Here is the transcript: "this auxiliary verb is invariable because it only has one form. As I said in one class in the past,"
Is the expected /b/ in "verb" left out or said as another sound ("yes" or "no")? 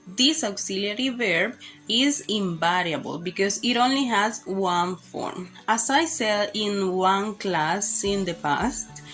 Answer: no